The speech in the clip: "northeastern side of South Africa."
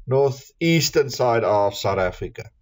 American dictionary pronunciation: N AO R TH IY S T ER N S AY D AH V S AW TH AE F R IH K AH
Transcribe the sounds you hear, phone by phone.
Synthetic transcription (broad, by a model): N AO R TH IY S T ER N S AY D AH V S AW T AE F R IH K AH